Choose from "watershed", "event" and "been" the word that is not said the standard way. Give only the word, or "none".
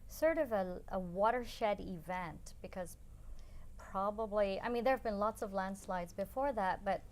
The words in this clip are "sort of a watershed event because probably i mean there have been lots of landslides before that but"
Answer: none